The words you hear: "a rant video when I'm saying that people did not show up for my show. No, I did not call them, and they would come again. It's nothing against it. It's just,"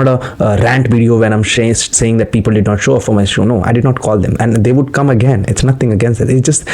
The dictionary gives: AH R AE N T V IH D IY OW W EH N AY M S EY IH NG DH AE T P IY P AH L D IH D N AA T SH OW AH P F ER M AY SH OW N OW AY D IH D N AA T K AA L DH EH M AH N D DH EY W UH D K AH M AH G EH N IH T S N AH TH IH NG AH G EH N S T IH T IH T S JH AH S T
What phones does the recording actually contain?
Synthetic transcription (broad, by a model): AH R AE N T V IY D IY OW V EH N AY M S EY IH NG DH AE T P IY P AH L D IH D N AA T SH OW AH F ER M AY SH OW N OW AY D IH D N AA T K AA L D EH M AH N D EY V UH D K AH M AH G EH N IH T S N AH T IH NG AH G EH N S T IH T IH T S JH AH S T